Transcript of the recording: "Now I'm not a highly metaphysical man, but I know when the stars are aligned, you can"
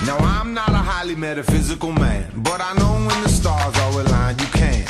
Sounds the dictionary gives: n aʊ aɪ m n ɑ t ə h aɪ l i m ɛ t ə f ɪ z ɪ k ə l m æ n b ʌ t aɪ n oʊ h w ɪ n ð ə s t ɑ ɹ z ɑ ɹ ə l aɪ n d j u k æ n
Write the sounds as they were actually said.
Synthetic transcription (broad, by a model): n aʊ aɪ m n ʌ t ə h aɪ l i m ɛ t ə f ɪ z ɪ k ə l m æ n b ʌ t aɪ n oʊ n w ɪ n ð ə s t ɑ ɹ z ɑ w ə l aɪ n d j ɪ k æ n